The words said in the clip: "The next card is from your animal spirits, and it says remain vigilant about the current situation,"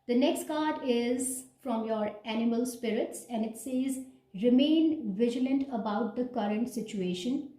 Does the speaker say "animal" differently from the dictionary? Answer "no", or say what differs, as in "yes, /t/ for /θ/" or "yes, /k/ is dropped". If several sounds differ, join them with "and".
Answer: no